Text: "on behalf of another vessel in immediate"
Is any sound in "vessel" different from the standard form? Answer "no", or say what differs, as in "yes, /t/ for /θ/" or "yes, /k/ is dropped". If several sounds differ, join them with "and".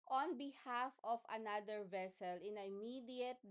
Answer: no